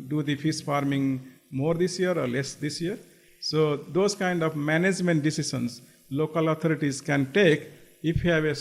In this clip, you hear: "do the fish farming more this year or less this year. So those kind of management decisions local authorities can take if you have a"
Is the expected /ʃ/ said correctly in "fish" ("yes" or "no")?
no